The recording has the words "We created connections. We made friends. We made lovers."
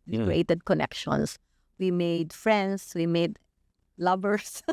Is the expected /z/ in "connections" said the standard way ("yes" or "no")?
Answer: no